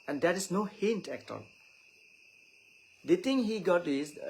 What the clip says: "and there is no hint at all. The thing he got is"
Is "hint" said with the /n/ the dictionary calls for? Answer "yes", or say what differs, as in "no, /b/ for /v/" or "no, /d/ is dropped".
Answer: yes